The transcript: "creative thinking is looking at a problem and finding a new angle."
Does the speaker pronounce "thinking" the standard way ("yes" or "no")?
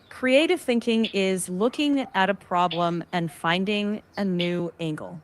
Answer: yes